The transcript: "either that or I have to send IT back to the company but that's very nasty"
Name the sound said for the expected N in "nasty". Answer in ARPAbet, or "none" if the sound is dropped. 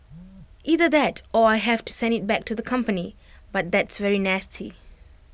N